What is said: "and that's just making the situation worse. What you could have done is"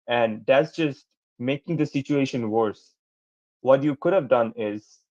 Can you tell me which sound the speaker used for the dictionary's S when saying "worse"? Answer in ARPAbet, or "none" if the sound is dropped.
S